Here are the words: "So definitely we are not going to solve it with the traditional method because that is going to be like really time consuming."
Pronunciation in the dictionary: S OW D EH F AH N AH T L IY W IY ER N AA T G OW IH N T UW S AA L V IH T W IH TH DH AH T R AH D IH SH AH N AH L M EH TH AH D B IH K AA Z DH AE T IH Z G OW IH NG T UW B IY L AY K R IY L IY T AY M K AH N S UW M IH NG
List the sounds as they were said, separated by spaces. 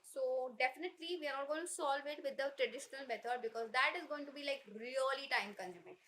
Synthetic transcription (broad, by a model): S OW D EH F AH N AH T L IY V IY ER N AA T G OW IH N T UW S AA L V IH T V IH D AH T R AH D IH SH AH N AH L M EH T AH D B IH K AA Z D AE T IH Z G OW IH NG T UW B IY L AY K R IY L IY T AY M K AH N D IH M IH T